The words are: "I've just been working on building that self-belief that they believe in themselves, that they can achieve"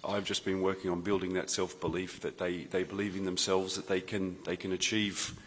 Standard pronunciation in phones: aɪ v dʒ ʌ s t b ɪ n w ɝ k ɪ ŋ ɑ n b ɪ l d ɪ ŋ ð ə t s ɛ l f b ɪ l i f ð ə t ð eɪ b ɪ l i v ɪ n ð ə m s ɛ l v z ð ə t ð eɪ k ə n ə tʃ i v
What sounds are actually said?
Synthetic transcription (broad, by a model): aɪ v dʒ ʌ s b ɪ n w ɝ k ɪ ŋ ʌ n b ɪ l d ɪ ŋ ð ə t s ɛ l f b ɪ l i f ð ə t ð eɪ b ɪ l i v ɪ n ð ə m s ɛ l v z ð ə t ð eɪ k ə n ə tʃ i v